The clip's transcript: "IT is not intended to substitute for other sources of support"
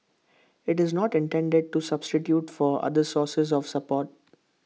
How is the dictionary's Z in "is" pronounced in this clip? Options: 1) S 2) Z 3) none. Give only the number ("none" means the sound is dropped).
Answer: 2